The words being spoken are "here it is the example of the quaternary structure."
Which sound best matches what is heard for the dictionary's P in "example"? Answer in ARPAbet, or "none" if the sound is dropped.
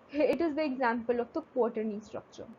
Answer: P